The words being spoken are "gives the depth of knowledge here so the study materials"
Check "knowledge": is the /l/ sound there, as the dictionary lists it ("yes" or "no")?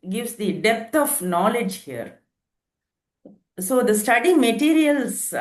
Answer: yes